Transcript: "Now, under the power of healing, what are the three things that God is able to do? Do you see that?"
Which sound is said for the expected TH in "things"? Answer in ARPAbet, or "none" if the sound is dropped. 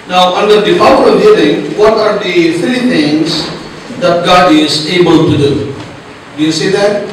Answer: T